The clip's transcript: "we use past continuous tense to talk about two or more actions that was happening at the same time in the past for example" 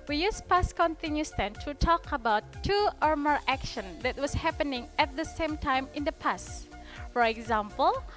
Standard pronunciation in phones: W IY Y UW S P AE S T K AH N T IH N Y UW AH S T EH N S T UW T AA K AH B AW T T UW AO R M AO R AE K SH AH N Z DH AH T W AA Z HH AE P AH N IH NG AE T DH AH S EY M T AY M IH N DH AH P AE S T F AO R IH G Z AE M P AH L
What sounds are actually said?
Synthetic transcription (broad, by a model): W IY Y UW S P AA S K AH N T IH N Y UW S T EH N T UW T AA K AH B AW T T UW AO R M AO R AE K SH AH N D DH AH T W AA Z HH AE P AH N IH NG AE T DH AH S EY M T AY M IH N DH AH P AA S F AO R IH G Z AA M P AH L